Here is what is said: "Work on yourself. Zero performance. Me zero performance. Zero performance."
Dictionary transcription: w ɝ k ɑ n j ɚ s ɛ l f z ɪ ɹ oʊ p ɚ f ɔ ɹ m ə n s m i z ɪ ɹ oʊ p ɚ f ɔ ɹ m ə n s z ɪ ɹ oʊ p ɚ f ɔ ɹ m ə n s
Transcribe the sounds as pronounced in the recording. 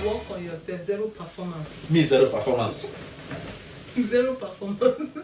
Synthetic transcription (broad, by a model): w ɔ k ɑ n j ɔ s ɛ f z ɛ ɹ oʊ p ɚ f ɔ m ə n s m i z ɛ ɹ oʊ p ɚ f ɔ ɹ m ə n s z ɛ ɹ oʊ p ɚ f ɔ m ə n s